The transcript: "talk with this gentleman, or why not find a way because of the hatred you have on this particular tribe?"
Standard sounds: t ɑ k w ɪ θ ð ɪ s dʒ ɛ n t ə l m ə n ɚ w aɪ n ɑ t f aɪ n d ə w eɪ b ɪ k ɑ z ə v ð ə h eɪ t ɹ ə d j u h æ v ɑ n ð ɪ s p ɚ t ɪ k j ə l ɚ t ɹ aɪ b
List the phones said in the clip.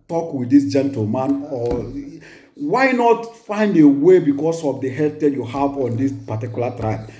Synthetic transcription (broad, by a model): t ɑ k w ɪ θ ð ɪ s dʒ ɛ n t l m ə n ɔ w aɪ n ɑ t f aɪ n d ə w eɪ b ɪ k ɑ s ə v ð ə h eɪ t ə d j u h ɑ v ɑ n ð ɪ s p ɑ t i k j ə l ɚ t ɹ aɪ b